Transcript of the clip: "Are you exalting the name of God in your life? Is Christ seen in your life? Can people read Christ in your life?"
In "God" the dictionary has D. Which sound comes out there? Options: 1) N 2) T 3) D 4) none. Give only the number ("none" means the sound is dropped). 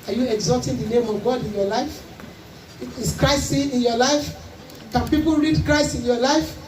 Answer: 3